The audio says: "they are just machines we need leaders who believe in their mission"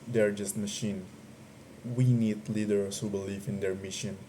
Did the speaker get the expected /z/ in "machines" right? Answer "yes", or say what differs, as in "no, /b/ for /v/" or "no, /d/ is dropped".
no, /z/ is dropped